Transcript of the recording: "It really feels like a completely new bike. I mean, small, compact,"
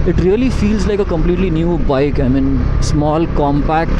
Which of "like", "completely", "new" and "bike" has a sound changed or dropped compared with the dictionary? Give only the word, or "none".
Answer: none